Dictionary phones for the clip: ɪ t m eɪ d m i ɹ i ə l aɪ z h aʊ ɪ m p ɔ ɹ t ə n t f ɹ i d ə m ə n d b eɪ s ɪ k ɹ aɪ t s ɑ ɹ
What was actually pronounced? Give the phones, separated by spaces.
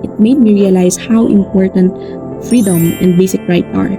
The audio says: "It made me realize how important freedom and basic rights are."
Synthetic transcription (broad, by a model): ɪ t m eɪ d m i ɹ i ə l aɪ s h aʊ ɪ m p ɔ ɹ t ə n t f ɹ i d ə m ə n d b eɪ s ɪ k ɹ aɪ t s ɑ ɹ